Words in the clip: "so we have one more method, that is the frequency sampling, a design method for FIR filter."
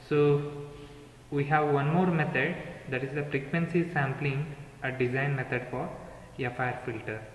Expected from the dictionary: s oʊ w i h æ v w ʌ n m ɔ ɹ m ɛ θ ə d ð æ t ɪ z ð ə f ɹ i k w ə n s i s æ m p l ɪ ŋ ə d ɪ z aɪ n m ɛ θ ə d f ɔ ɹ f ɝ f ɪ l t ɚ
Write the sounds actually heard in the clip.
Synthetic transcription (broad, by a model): s oʊ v i h æ v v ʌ n m ɔ ɹ m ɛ t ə d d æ t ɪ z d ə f ɹ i k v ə n s i s æ m p l ɪ ŋ ə d ɪ z aɪ n m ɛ t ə d f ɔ ɹ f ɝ f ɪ l t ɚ